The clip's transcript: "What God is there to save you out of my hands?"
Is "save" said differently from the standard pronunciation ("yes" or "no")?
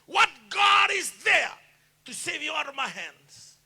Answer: no